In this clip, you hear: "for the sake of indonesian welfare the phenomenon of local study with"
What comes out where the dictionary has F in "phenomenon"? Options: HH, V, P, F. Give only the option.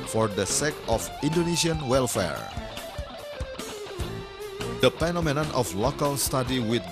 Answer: P